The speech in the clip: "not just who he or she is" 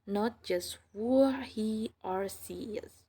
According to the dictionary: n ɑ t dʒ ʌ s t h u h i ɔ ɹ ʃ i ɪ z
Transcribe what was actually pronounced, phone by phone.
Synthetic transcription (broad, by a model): n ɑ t dʒ ʌ s t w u h i ɔ ɹ s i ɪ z